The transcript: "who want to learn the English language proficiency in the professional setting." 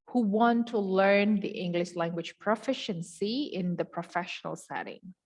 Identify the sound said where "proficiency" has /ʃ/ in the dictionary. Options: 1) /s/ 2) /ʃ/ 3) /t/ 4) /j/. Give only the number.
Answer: 2